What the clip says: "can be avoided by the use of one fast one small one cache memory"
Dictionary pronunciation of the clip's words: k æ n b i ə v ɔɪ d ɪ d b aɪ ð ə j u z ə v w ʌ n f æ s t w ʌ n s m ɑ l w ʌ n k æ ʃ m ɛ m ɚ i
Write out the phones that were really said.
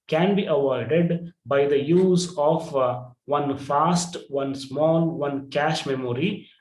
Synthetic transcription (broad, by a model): k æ n b i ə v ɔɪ d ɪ d b aɪ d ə j u z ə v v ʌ n f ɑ s t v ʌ n s m ɑ l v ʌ n k æ ʃ m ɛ m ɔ i